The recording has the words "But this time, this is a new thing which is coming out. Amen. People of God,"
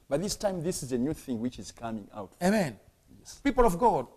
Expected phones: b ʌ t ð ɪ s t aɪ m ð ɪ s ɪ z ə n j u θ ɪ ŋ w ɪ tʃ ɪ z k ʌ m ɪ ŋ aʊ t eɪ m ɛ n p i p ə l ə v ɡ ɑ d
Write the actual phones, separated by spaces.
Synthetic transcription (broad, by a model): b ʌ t ð ɪ s t aɪ m ð ɪ s ɪ z ə n j u θ ɪ ŋ w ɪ tʃ ɪ z k ʌ m ɪ ŋ aʊ t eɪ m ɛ n p i p ə l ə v ɡ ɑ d